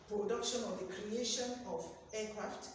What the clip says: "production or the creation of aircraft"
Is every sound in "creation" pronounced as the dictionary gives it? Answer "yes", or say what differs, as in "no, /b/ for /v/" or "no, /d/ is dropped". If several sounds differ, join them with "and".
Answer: yes